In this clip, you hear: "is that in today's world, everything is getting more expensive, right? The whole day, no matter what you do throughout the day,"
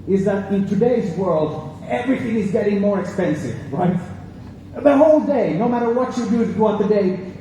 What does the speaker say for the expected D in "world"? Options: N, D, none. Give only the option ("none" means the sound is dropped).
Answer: D